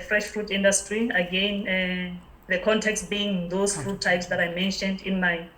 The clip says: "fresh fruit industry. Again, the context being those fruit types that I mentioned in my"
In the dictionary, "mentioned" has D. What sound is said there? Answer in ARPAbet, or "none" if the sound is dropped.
D